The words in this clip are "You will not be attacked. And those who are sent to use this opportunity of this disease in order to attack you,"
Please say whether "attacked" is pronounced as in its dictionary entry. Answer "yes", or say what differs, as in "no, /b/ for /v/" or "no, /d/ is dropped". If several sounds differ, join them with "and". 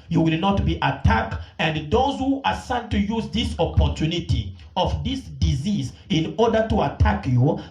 yes